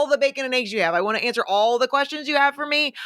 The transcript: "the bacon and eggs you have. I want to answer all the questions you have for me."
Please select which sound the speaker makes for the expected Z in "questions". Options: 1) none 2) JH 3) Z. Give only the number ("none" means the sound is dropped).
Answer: 3